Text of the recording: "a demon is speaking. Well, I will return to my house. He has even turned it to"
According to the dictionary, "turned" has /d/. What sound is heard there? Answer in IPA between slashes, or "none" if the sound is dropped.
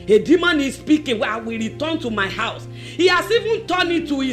none